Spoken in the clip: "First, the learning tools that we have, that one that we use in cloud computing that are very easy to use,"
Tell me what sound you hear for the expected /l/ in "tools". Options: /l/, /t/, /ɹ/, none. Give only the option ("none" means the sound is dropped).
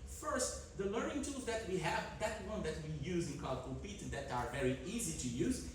none